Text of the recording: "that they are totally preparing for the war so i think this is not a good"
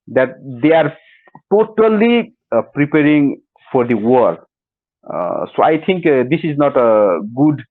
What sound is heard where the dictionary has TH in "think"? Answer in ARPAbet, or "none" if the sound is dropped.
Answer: T